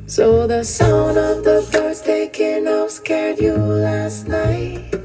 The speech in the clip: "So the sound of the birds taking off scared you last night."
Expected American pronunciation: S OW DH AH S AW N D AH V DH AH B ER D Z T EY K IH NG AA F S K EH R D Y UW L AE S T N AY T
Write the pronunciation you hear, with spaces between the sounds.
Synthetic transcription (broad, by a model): S OW DH AH S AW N AH V DH AH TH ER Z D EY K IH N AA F S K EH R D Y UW L AE S T N AY T